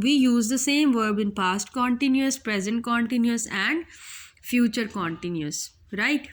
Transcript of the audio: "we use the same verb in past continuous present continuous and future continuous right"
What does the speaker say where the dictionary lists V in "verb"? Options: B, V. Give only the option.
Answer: V